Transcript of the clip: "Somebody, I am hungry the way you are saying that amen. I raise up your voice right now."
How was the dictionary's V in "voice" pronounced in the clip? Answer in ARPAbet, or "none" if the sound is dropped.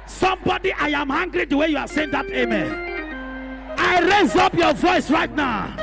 V